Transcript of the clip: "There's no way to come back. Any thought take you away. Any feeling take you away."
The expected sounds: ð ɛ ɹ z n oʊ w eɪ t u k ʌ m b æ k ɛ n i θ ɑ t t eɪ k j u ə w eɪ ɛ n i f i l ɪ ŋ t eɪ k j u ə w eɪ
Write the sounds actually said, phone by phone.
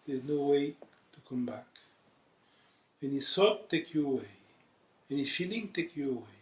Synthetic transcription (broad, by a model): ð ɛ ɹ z n oʊ w eɪ t u k ʌ m b æ k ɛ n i s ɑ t t eɪ k j u ə w eɪ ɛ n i f i l ɪ ŋ t eɪ k j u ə w eɪ